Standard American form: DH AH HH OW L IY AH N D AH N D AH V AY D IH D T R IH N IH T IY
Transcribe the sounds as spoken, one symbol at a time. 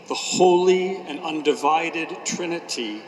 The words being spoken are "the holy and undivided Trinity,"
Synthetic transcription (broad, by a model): DH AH HH OW L IY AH N AH N D AH V AY D IH D T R IH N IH T IY